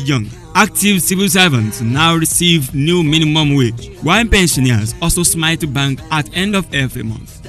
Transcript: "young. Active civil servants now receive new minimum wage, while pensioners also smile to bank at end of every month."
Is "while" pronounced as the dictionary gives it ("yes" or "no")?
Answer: no